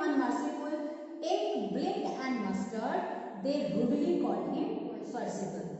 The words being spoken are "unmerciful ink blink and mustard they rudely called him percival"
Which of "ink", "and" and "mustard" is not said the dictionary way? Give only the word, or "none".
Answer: ink